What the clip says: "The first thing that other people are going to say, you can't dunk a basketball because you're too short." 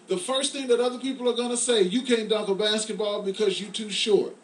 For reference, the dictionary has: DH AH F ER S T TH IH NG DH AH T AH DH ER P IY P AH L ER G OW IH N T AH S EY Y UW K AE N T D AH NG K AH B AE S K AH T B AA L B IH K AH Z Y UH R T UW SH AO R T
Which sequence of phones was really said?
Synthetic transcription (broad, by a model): DH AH F ER S T TH IH NG DH AH T AH DH ER P IY P L ER G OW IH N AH S EY Y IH K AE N D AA K AH B AE S K AH T B AA L B IH K AH Z Y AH R T UW SH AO R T